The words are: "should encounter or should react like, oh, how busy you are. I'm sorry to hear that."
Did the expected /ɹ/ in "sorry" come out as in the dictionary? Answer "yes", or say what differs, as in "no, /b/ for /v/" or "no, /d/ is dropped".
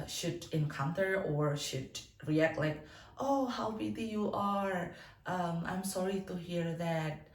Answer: yes